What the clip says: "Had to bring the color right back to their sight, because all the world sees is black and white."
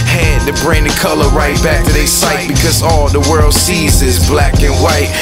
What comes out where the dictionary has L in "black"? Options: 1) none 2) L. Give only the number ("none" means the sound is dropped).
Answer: 2